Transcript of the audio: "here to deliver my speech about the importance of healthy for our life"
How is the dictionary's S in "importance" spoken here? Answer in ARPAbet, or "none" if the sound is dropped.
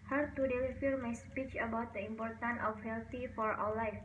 none